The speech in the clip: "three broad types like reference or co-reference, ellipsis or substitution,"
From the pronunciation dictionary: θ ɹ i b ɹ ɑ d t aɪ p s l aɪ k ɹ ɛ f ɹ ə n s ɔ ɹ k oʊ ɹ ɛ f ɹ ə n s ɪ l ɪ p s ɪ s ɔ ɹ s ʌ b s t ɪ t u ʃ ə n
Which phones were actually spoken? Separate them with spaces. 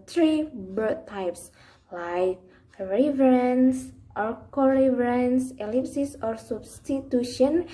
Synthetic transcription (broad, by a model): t ɹ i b ɑ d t aɪ p s l aɪ k ɹ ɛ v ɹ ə n s ɔ ɹ k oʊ ɹ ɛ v ɹ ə n s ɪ l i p s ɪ s ɔ ɹ s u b s t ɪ t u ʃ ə n